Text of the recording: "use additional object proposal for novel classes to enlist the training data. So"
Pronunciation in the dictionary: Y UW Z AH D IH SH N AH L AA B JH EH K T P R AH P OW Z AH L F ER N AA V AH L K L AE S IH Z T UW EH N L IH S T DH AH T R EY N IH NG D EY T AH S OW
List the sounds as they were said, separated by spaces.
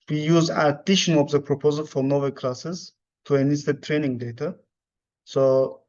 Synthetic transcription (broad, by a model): Y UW Z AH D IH SH AH N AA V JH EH P R AH P OW Z AH L F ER N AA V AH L K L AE S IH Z T UW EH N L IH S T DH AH T R EY N IH NG D EY T AH S OW